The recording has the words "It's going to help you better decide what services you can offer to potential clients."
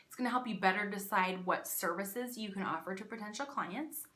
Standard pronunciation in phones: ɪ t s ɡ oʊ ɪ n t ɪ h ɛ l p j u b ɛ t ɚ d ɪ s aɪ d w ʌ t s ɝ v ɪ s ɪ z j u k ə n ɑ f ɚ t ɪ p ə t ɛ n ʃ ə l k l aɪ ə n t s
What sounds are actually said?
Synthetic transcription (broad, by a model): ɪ t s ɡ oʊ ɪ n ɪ h ɛ l p j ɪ b ɛ t ɚ d ɪ s aɪ d w ʌ t s ɝ v ɪ s ɪ z j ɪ k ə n ɑ f ɚ t ɪ p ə t ɛ n ʃ l k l aɪ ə n t s